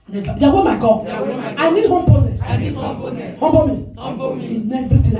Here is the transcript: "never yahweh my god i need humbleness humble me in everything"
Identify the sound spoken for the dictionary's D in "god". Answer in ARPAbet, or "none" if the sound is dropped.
none